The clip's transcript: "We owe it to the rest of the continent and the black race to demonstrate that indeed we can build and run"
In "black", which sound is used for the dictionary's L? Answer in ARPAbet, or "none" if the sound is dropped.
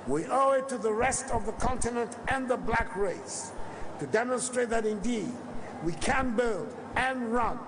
L